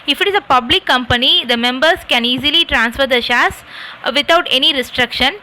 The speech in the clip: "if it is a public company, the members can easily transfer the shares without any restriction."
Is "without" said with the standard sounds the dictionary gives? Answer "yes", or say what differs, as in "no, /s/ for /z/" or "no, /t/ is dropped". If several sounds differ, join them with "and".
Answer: no, /t/ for /θ/